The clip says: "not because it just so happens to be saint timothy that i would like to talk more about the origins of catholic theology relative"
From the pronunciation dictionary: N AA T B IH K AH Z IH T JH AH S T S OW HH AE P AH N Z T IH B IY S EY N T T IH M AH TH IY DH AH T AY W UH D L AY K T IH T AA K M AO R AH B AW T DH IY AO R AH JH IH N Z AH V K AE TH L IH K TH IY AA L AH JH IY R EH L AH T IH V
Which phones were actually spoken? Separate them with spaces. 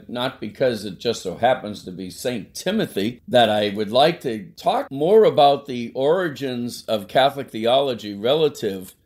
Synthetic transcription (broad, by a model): N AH T B IH K AH Z IH T JH AH S T S OW HH AE P AH N Z T IH B IY S EY N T T IH M AH TH IY DH AH T AY W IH D L AY K T IH T AA K M AO R AH B AW T DH IY AO R AH JH IH N Z AH V K AE TH L IH K TH IY AA L AH JH IY R EH L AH T IH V